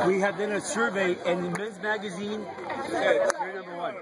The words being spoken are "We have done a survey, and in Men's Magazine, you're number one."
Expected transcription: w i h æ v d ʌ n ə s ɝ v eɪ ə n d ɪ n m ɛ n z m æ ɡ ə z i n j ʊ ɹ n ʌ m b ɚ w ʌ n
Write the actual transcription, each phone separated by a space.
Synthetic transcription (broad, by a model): w i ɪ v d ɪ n ə s ɝ v eɪ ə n ɪ n m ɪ z m æ ɡ ə z i n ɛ n ʌ m b ɚ w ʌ n